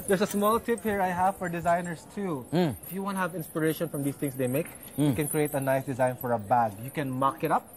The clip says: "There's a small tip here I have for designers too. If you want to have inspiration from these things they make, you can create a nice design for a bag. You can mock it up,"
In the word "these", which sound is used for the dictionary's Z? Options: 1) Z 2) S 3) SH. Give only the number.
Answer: 2